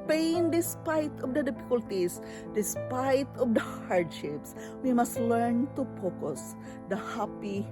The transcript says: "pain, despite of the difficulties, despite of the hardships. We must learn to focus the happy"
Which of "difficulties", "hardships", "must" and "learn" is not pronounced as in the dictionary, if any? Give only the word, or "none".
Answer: difficulties